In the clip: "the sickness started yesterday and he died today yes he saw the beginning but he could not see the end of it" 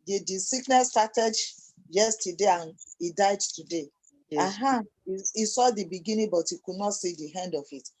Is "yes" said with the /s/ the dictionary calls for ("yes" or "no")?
no